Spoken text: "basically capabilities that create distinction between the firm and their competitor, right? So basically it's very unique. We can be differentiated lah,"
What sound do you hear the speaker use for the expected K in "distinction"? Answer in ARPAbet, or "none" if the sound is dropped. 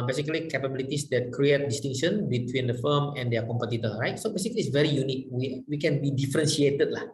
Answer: none